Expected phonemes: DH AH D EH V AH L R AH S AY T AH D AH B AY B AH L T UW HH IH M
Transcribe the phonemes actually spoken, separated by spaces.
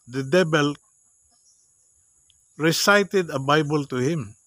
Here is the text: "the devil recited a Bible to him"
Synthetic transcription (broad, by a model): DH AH D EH B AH L R AH S AY T AH D AH B AY B AH L T UW HH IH M